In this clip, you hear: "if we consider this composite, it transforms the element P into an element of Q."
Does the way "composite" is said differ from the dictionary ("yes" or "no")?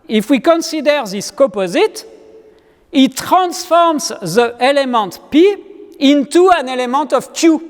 yes